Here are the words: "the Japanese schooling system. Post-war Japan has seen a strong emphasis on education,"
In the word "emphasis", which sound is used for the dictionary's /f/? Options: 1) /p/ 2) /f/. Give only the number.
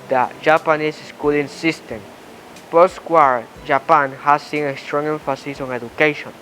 2